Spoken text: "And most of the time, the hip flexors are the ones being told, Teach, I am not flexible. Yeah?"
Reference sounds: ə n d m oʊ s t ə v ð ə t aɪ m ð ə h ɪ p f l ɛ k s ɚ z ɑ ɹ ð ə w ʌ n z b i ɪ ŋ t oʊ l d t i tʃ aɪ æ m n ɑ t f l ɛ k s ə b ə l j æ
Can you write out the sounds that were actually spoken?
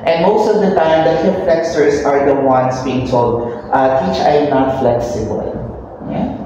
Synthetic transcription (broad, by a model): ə n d m oʊ s t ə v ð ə t aɪ m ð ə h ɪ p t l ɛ k s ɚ s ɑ ɹ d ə w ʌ n s b i ɪ ŋ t oʊ l d t i tʃ aɪ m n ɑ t f l ɛ k s ə b ə l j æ